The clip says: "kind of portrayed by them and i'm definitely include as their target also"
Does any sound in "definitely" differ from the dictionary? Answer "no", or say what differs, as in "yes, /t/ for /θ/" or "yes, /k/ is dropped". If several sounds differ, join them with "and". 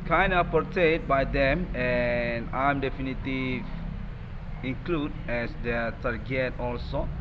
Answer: yes, /l/ is dropped